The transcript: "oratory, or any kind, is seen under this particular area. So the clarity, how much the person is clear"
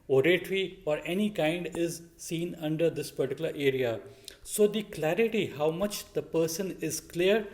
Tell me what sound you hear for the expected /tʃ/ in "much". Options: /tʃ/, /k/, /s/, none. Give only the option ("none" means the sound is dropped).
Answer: /tʃ/